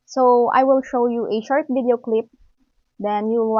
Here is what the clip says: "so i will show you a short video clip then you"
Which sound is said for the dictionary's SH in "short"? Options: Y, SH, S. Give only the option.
SH